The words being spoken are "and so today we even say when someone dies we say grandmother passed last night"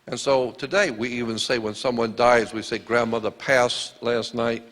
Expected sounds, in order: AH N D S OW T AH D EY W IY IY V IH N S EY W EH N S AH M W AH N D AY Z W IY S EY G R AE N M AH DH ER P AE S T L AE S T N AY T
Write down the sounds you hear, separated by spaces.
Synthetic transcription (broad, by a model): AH N S OW T AH D EY W IY IY V IH N S EY W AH N S AH M W AH N D AY Z W IY S EY G R AE N M AH DH ER P AE S L AE S T N AY T